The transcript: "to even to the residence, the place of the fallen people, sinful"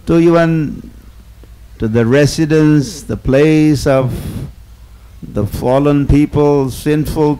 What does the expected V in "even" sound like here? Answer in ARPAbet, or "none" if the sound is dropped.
W